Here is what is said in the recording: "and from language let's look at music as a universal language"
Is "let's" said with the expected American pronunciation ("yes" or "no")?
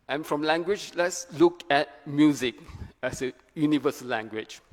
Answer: yes